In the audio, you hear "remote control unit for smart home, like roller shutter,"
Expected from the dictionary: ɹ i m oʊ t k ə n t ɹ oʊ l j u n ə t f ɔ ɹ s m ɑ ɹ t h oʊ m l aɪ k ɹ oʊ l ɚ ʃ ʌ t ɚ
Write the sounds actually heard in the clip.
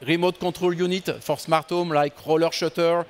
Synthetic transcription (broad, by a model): ɹ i m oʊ t k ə t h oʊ l j u n ə t f ɔ ɹ s m ɑ ɹ t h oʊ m l aɪ k ɹ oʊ l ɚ ʃ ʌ t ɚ